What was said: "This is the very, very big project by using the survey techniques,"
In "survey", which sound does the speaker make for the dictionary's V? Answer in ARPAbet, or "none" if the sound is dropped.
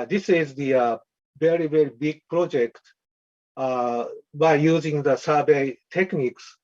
B